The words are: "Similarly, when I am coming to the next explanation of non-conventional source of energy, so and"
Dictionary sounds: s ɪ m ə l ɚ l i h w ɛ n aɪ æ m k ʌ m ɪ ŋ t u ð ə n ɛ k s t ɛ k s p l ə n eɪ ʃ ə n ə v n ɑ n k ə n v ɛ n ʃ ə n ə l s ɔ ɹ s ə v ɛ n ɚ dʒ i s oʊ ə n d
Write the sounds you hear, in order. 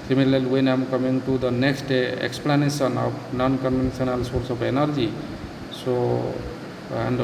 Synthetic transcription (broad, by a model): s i m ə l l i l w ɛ n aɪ m k ʌ m ɪ ŋ t u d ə n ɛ k s t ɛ k s p l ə n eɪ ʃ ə n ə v n ɑ n k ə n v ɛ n s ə n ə l s ɔ ɹ s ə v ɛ n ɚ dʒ i s oʊ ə n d